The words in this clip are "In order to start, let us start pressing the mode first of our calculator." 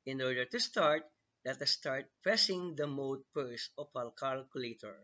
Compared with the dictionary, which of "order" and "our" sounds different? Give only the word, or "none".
our